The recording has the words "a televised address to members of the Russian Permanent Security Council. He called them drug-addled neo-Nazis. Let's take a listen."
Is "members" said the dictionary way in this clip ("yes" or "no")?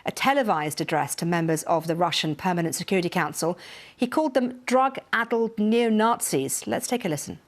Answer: yes